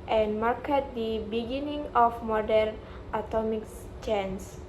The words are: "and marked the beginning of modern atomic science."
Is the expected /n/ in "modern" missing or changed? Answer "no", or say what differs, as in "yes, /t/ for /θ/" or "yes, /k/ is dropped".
no